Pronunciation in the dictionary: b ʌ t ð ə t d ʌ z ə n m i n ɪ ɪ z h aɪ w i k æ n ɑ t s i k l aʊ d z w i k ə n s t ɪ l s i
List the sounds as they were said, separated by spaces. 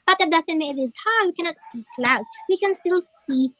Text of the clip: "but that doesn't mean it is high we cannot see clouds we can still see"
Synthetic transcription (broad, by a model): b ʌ t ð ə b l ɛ s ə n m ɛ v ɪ ɪ z h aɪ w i k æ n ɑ t s i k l aʊ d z w i k ə n s t ɪ l s i